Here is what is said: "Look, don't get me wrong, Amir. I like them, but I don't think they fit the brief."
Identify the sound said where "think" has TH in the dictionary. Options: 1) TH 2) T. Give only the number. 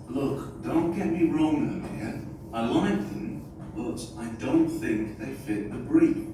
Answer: 1